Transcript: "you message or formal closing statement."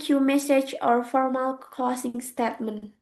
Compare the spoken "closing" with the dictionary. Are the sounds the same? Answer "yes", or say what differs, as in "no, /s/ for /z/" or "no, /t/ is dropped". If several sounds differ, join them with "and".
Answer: no, /l/ is dropped and /s/ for /z/